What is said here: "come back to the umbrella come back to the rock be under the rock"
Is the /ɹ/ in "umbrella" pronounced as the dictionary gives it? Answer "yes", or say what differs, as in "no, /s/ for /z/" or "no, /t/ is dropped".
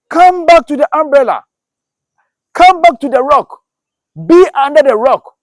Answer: yes